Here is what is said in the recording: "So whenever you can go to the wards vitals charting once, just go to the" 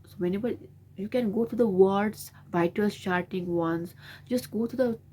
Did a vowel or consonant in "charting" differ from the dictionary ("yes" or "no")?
yes